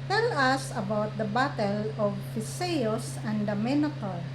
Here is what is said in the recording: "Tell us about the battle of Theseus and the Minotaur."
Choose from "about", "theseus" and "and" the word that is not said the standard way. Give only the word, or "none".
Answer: theseus